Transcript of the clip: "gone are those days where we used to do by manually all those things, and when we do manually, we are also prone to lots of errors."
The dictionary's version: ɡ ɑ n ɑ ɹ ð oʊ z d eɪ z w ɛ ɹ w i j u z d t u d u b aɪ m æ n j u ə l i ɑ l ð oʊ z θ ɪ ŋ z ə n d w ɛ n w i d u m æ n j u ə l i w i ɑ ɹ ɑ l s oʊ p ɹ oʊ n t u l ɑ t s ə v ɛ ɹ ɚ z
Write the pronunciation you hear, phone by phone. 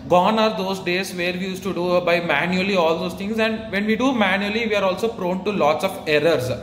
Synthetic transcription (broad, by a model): ɡ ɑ n ɑ ɹ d oʊ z d eɪ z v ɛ ɹ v i j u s t u d u b aɪ m æ n j u ə l i ɑ l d oʊ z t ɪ ŋ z ə n d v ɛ n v i d u m æ n j u ə l i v i ɑ ɹ ɑ l s oʊ p ɹ oʊ n t u l ɑ t s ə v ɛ ɹ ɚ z